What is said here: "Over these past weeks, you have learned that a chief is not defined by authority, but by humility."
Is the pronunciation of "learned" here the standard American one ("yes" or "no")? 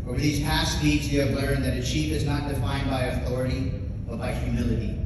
no